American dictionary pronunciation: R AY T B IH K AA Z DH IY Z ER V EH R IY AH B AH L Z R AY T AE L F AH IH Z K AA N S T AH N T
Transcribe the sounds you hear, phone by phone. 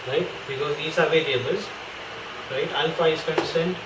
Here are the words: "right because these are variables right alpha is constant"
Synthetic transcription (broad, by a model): R AY T B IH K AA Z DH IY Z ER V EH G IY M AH Z R AY T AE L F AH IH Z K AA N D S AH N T